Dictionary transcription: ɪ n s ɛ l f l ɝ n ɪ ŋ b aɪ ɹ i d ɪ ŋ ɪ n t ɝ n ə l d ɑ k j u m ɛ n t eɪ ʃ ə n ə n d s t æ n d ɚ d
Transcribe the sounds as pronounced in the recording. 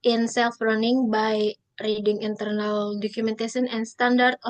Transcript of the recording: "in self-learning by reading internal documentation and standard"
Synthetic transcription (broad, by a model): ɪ n s ɛ l f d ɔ n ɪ ŋ b aɪ ɹ i d ɪ ŋ ɪ n t ɝ n ə l d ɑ k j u m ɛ n t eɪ s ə n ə n s t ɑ n d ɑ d